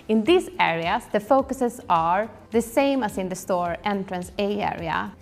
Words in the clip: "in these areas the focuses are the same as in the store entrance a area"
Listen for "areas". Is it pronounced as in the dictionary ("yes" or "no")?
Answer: no